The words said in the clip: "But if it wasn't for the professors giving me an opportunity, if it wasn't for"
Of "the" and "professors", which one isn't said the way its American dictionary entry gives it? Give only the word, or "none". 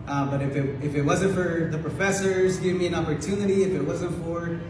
none